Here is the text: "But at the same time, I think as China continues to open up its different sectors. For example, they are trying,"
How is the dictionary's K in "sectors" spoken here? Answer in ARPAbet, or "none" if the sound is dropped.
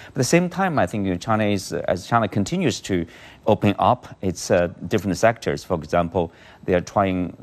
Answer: K